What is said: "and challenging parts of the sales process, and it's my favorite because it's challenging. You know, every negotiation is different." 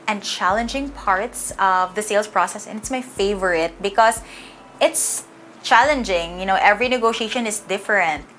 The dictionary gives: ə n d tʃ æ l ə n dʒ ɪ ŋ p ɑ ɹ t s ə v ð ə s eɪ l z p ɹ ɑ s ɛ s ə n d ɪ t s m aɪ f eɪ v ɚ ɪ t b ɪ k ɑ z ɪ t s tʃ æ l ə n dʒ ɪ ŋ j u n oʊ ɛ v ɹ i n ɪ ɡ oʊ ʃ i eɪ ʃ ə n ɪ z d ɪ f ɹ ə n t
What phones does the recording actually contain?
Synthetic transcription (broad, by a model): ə n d tʃ æ l ə n dʒ ɪ ŋ p ɑ ɹ t s ə v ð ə s eɪ l s p ɹ ɑ s ɛ s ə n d ɪ t s m aɪ f eɪ v ɚ ɪ t b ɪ k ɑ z ɪ t s tʃ æ l ə n dʒ ɪ ŋ j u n oʊ ɛ v ɹ i n ɪ ɡ oʊ ʃ i eɪ ʃ ə n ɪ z d ɪ f ɹ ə n t